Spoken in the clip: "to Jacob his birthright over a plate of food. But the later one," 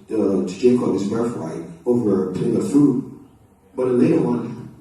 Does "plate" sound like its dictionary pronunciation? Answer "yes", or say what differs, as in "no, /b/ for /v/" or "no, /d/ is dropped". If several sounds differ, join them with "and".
no, /t/ is dropped